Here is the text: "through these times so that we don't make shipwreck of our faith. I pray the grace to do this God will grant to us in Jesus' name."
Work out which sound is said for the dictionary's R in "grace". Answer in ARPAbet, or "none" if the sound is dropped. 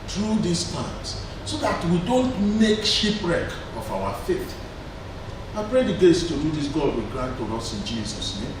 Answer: none